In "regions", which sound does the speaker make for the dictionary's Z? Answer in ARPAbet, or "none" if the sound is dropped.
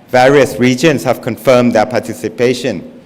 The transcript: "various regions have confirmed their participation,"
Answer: S